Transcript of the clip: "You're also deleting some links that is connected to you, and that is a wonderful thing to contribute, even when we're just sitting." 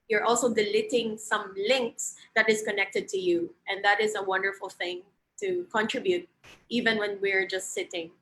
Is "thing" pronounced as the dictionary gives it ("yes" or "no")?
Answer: yes